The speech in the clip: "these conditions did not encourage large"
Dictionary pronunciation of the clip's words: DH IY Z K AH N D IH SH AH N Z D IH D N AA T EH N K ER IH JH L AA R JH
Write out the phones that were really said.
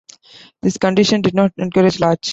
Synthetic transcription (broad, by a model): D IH S K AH N D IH SH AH N D IH D N AA T EH N K ER IH JH L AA R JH